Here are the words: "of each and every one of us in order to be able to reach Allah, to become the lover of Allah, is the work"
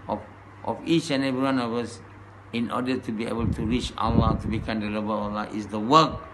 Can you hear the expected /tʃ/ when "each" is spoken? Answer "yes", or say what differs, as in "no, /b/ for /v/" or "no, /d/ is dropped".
yes